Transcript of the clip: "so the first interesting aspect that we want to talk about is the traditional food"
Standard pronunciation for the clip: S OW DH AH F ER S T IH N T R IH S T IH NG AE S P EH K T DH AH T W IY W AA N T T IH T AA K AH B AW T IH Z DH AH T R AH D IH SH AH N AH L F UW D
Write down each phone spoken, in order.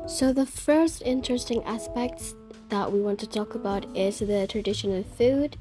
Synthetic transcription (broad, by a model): S OW DH AH F ER S T IH N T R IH S T IH NG AE S P EH K T DH AH T W IY W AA N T T IH T AA K AH B AW T IH Z DH AH T R AH D IH SH AH N AH L F UW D